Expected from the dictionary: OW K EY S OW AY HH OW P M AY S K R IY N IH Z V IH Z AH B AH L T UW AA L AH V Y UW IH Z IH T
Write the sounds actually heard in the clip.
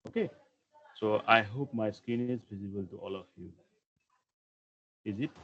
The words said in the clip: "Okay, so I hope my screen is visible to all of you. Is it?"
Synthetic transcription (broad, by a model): OW K EY S OW AY HH OW P M AY S K IY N IH Z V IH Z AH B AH L T UW AA L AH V Y UW IH Z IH T